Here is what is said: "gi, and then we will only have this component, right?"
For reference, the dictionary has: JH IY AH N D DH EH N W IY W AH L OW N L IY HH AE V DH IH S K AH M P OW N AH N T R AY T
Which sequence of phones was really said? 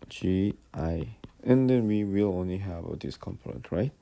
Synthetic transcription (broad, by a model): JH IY AH N D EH N W IY W AH L OW N L IY HH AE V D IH S K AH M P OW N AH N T R AY T